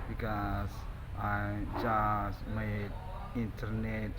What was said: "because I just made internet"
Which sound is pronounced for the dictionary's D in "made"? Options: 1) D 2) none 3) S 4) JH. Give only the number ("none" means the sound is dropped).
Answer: 2